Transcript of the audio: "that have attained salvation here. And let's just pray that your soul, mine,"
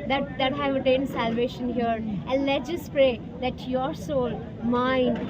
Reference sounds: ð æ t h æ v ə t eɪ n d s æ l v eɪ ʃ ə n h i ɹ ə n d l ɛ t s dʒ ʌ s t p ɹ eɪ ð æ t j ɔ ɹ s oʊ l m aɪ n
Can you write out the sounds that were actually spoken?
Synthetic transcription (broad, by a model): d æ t h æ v ə t eɪ n d s æ l v eɪ ʃ ə n h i ɹ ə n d l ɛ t dʒ ʌ s t p ɹ eɪ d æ t j ɔ ɹ s oʊ l m aɪ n